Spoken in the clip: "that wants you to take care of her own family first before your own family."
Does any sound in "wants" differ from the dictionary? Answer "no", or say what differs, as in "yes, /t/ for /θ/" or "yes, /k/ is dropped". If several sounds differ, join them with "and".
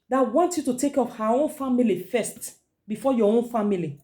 yes, /s/ is dropped